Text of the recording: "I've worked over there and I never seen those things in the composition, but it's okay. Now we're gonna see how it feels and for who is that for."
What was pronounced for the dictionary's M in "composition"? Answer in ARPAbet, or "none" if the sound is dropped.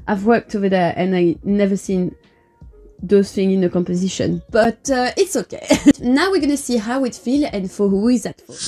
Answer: M